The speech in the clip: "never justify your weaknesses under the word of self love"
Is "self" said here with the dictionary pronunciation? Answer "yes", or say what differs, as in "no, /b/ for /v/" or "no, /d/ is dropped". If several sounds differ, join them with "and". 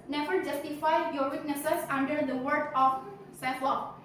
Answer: no, /l/ is dropped